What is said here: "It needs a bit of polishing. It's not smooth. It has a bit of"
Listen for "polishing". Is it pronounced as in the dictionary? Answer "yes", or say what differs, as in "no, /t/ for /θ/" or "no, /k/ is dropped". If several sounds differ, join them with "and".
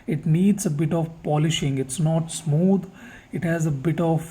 yes